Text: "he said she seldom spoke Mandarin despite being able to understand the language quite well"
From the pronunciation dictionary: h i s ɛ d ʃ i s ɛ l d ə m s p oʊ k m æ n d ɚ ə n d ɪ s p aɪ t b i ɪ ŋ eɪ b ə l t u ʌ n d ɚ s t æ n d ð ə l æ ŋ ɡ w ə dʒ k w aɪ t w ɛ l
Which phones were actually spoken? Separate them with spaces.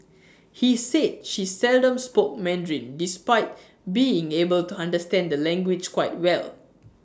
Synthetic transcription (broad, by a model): h i s ɛ d ʃ i s ɛ l d ə m s p oʊ k m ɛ n d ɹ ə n d ɪ s p aɪ t b i ɪ ŋ eɪ b ə l t u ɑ n d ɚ s t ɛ n d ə l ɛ ŋ ɡ w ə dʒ k w aɪ t w ɛ l